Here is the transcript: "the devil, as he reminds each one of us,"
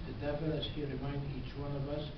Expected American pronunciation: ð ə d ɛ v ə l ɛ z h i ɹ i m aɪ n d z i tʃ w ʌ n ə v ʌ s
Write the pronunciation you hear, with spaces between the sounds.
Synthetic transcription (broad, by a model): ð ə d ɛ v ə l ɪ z h i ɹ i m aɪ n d i tʃ w ʌ n ə v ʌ s